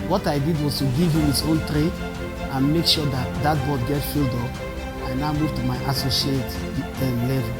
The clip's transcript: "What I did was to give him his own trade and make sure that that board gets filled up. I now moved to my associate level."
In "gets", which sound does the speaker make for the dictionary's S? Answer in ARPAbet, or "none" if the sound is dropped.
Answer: none